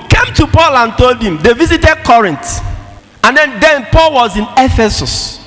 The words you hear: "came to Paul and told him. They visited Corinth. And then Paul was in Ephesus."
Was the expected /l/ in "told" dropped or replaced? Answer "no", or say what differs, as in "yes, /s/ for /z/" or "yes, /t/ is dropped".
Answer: no